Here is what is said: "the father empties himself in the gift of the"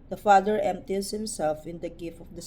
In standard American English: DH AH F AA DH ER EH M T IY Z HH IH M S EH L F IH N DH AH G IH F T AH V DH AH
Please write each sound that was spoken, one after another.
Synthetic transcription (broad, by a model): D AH F AA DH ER EH M T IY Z HH IH M S EH L F IH N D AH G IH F AH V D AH